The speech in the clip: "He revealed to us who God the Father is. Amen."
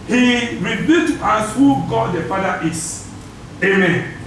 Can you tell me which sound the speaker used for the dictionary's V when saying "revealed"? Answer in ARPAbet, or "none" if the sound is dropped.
B